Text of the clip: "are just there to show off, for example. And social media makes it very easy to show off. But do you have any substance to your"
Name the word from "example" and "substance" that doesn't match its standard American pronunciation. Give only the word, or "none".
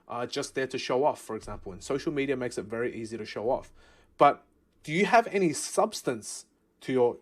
none